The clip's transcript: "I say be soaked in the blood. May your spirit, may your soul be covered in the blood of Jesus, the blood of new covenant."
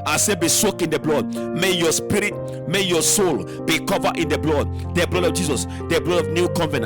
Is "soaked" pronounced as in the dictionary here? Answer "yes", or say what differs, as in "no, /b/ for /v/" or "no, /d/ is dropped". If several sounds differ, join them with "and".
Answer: no, /t/ is dropped